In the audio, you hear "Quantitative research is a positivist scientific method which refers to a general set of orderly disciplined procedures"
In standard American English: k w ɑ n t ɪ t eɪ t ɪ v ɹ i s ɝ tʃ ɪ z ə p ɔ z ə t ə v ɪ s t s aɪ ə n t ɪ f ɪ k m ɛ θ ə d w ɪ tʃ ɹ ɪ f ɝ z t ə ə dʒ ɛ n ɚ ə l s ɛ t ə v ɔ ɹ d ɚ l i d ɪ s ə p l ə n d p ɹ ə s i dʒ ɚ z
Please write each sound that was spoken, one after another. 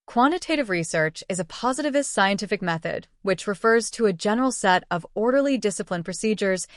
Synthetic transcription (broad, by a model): k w ɑ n t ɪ t eɪ t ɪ v ɹ i s ɝ tʃ ɪ z ə p ɔ z ə t ə v ɪ s t s aɪ ə n t ɪ f ɪ k m ɛ θ ə d w ɪ tʃ ɹ ɪ f ɝ z t ə ə dʒ ɛ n ɚ l s ɛ t ə v ɔ ɹ d ɚ l i d ɪ s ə p l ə n p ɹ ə s i dʒ ɚ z